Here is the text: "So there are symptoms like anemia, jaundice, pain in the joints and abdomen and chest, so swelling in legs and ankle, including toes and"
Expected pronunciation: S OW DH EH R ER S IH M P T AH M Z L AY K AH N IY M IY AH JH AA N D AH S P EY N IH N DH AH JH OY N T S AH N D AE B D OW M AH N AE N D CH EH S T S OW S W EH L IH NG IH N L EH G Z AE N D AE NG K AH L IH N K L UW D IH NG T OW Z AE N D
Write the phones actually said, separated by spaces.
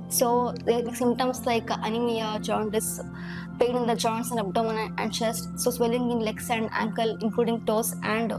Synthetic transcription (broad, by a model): S OW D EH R S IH M T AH M S L AY K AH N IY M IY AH JH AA N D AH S P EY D IH N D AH JH OY N T S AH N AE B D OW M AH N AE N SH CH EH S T S OW S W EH L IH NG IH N L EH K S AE N D AE NG K AH L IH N K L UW D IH NG T OW S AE N D